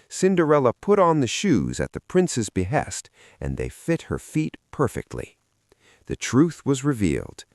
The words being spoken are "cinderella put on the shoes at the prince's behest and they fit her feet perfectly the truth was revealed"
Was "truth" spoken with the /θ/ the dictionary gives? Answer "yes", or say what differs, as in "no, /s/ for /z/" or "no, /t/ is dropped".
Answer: yes